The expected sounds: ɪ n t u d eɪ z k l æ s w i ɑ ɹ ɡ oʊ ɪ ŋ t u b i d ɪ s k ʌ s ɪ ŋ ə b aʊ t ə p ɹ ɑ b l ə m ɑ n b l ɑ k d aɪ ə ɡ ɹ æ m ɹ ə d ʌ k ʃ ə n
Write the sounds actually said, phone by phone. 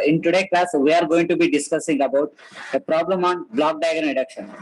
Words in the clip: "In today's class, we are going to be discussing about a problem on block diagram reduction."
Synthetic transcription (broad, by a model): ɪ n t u d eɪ k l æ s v i ɑ ɹ ɡ oʊ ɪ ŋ t u b i d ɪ s k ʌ s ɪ ŋ ə b aʊ t ə p ɹ ɑ b l ə m ɑ n b l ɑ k d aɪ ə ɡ ʌ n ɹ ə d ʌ k ʃ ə n